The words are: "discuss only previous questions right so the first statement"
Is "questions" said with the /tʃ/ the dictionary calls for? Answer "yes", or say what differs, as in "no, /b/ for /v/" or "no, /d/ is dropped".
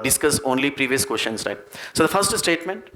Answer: no, /ʃ/ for /tʃ/